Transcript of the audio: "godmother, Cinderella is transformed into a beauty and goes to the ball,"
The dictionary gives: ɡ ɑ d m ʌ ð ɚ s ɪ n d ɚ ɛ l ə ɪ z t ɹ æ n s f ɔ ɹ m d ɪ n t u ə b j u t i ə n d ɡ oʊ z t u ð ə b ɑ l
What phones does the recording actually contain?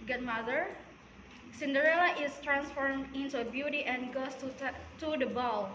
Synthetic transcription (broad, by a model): ɡ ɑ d m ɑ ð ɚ s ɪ n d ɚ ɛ l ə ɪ s t ɹ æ n s f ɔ ɹ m ɪ n t u ə b j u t i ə n ɡ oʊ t t u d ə b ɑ l